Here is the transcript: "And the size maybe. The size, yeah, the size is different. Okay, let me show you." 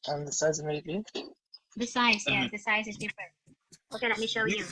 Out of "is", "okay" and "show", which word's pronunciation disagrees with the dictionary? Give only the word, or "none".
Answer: none